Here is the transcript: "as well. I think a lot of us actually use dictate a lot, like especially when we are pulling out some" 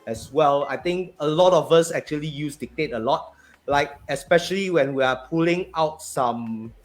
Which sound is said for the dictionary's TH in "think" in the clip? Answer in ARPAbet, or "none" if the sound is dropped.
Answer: T